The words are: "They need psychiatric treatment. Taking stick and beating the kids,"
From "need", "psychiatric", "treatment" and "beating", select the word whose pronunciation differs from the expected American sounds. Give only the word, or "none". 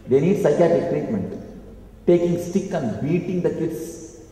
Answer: psychiatric